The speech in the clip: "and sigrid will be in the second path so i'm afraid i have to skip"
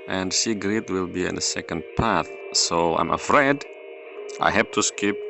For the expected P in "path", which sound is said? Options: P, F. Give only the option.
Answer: P